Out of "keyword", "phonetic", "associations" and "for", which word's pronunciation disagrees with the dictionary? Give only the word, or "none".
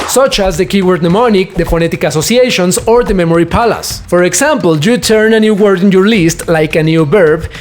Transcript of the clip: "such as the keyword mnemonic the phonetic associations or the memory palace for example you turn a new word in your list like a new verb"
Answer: associations